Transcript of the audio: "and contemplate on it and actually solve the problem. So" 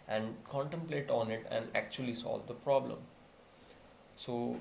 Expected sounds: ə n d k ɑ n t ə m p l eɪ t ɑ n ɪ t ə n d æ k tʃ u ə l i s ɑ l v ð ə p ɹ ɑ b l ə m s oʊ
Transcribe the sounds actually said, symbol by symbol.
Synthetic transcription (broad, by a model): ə n d k ɑ n t ə m p l eɪ t ɑ n ɪ t ə n d æ k tʃ u ə l i s ɑ l v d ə p ɹ ɑ b l ə m s oʊ